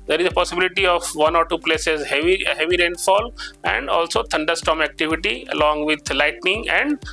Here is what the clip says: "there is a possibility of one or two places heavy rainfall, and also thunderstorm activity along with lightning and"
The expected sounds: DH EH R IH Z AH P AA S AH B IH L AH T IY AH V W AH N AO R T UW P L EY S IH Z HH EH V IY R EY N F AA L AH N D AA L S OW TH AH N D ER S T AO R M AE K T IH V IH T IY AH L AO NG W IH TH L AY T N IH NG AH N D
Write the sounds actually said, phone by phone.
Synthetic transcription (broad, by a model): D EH R IH Z AH P AA S AH B IH L AH T IY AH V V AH N AO R T UW P L EY S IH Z HH EH V IY R EY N F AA L AH N D AA L S OW T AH N D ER S T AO M AE K T IH V IH T IY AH L AO NG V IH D L AY T N IH NG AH N D